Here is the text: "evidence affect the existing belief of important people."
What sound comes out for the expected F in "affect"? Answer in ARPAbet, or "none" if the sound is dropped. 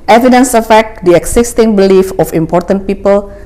F